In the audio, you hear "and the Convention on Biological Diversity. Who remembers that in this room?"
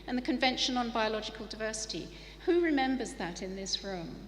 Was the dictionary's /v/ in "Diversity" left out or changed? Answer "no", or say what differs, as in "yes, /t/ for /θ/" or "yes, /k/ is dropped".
no